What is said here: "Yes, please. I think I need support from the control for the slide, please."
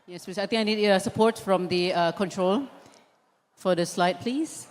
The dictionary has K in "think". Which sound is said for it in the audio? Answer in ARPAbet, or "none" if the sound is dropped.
none